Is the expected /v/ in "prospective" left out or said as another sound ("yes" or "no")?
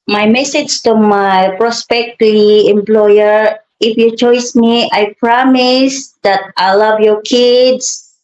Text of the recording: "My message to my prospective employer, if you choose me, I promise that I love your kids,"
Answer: yes